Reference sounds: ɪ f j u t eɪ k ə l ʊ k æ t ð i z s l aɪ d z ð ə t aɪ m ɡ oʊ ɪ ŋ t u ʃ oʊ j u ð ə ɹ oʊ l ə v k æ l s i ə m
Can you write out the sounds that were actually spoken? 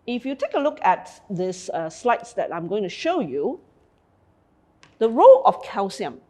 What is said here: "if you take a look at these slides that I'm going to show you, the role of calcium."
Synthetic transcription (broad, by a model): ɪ f j u t eɪ k ə l ʊ k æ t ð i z s l aɪ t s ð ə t aɪ m ɡ oʊ ɪ ŋ t u ʃ oʊ j u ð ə ɹ oʊ l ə f k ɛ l s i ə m